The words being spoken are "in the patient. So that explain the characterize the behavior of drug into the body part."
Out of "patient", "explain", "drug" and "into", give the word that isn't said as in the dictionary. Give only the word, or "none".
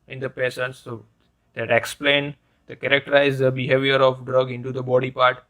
patient